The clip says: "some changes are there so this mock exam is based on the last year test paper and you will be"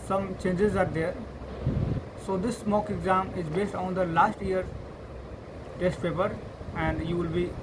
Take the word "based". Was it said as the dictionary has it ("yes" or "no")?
yes